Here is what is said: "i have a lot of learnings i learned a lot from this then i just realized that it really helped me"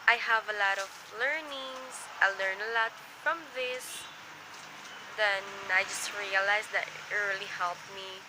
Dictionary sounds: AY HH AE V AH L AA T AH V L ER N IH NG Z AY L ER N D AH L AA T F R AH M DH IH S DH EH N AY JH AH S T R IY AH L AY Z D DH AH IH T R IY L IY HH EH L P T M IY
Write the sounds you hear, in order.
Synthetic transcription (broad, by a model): AY HH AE V AH L AA T AH V L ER N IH NG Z AY L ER N AH L AA T F R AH M DH IH S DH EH N AY JH AH S T R IY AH L AY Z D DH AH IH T R IY L IY HH EH L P M IY